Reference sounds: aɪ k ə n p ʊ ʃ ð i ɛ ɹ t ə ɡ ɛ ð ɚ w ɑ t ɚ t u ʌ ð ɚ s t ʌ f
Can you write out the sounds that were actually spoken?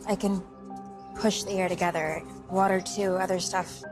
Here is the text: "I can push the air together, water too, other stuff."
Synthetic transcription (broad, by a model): aɪ k ə n p ʊ ʃ ð i ɛ ɹ t ə ɡ ɛ ð ɚ w ɑ t ɚ t u ʌ ð ɚ s t ʌ f